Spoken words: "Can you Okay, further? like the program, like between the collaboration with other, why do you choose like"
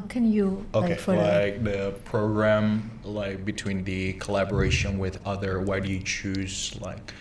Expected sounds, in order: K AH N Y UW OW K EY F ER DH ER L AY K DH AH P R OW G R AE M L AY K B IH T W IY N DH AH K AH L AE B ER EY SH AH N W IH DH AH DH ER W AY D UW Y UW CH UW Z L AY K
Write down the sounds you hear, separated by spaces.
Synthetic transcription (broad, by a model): K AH N Y UW OW K EY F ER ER L AY K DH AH P R OW G R AE M L AY K B IH T W IY N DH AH K AH L AE B ER EY SH AH N W IH DH AH DH ER W AY D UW Y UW CH UW Z L AY K